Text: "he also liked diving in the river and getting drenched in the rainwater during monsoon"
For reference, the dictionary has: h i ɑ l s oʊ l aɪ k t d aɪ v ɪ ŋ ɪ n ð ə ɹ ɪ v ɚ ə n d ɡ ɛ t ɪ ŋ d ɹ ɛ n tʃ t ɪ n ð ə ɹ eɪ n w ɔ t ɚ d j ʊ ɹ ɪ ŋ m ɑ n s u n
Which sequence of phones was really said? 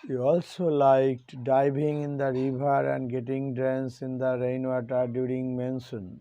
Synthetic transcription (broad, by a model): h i ɑ l s oʊ l aɪ k t d aɪ b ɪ ŋ ɪ n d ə ɹ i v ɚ ə n d ɡ ɛ t ɪ ŋ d ɹ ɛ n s ɪ n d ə ɹ eɪ n w ɔ t ɚ d j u ɹ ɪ ŋ m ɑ n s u n